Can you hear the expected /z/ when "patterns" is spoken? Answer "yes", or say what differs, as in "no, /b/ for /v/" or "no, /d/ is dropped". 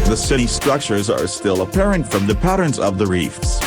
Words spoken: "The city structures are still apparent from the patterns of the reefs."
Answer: yes